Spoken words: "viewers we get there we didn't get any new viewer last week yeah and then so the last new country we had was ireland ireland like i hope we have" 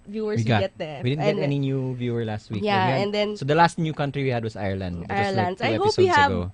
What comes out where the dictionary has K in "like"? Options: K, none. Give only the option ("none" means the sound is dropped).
none